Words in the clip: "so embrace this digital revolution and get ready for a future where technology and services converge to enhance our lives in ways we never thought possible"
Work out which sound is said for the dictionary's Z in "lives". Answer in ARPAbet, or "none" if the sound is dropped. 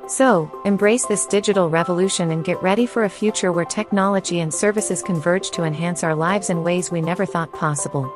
Z